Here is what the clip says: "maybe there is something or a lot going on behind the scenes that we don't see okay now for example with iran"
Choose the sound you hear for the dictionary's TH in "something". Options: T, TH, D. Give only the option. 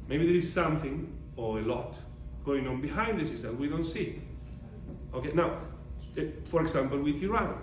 TH